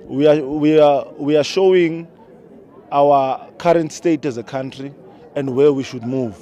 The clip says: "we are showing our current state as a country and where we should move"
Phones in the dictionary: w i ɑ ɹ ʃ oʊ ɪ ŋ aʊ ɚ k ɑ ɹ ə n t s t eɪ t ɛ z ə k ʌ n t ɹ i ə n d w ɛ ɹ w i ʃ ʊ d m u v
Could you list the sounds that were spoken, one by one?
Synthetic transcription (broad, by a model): w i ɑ w ʃ oʊ ɪ ŋ aʊ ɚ k ɑ ɹ ə n t s t eɪ t ɛ z ə k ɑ n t ɹ i ə n d w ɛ w i ʃ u d m u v